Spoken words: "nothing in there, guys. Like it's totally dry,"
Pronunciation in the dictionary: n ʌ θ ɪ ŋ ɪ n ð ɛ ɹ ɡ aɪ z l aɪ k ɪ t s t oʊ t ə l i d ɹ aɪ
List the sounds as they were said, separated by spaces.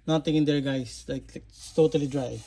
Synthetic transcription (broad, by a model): n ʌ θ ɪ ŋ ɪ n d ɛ ɹ ɡ aɪ s l aɪ k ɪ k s t oʊ t ə l i d ɹ aɪ